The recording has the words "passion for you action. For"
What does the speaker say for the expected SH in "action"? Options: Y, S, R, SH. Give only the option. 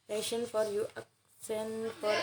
S